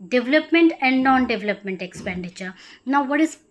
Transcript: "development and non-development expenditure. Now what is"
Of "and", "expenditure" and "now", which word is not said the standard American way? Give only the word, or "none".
none